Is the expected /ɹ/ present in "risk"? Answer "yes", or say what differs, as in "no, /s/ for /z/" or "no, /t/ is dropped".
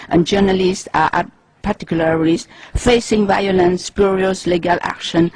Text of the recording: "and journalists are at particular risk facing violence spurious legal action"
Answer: no, /l/ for /ɹ/